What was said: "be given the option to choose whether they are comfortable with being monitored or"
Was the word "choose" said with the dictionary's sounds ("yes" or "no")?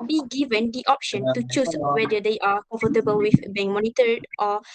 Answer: no